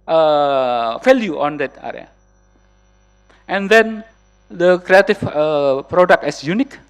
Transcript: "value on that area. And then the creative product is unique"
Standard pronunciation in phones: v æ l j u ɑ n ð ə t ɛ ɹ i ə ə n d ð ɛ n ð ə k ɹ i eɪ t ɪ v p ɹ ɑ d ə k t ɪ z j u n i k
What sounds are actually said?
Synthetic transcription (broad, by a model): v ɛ l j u ɑ n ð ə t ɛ ɹ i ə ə n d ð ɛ n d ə k ɹ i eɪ t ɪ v p ɹ ɑ d ə k t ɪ s j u n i k